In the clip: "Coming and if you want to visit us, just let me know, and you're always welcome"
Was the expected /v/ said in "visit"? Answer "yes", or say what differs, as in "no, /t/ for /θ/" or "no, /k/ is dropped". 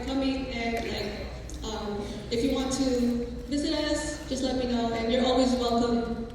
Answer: yes